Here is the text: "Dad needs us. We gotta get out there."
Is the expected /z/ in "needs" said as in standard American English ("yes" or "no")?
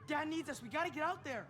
yes